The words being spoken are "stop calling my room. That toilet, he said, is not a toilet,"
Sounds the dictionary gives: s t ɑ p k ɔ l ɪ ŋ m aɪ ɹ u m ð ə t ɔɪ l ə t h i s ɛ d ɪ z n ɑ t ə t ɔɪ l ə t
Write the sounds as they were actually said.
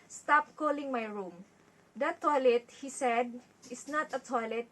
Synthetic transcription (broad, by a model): s t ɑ p k ɔ l ɪ ŋ m aɪ ɹ u m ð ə t ɔɪ l ə t h i s ɛ d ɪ s n ɑ t ə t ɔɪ l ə t